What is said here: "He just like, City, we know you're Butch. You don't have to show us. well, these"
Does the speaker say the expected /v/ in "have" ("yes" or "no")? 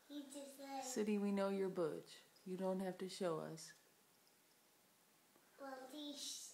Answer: no